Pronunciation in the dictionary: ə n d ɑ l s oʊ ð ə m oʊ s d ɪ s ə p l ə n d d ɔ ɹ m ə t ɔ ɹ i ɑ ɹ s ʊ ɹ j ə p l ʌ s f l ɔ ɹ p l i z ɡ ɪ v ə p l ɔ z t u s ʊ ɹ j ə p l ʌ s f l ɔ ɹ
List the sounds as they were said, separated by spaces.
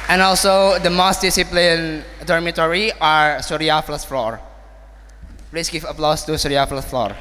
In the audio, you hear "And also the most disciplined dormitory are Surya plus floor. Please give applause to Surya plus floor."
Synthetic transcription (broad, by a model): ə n ɑ l s oʊ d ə m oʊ s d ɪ s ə p l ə n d d ɔ ɹ m ə t ɔ ɹ i ɑ ɹ s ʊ ɹ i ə f l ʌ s f l ɔ ɹ p l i s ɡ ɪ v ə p l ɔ s t u s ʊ ɹ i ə f l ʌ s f l ɔ ɹ